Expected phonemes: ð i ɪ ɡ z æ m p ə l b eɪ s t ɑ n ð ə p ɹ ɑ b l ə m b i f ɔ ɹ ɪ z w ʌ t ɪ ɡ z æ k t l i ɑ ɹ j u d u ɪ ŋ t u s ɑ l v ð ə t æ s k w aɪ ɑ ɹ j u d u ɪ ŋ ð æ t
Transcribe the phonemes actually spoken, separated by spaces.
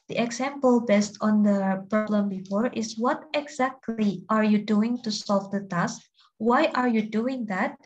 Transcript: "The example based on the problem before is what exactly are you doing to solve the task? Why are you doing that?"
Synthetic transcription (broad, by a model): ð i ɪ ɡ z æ m p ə l b eɪ s t ɑ n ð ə p ɹ ɑ b l ə m b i f ɔ ɹ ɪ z w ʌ t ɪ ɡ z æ k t l i ɑ ɹ j u d u ɪ ŋ t u s ɑ l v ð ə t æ s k w aɪ ɑ ɹ j u d u ɪ ŋ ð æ t